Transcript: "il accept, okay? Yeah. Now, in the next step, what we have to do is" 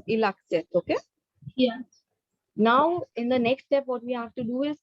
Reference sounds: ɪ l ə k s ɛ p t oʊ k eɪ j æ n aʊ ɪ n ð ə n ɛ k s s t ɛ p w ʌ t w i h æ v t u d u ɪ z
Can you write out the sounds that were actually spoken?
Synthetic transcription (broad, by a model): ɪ l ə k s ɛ t oʊ k eɪ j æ n aʊ ɪ n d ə n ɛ k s s t ɛ p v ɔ t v i h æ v t u d u ɪ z